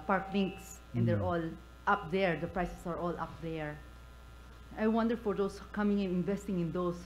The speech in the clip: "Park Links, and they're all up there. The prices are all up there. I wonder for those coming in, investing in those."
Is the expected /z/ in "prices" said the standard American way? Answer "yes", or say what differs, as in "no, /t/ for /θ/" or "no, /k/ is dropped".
no, /s/ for /z/